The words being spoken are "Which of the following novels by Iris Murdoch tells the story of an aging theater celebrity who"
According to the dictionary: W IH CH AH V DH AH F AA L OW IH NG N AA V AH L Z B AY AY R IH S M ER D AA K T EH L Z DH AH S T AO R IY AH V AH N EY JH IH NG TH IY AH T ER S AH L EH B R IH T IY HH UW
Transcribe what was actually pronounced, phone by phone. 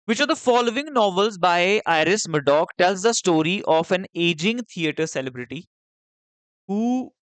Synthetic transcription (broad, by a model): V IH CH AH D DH AH F AA L OW IH NG N AA V AH L Z B AY AY R IH S M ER D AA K T EH L Z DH AH S T AO R IY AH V AH N EY JH IH NG T IY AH T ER S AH L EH B R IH T IY HH UW